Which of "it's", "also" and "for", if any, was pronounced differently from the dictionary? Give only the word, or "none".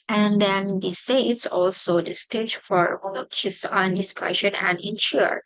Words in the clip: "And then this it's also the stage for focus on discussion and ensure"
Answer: none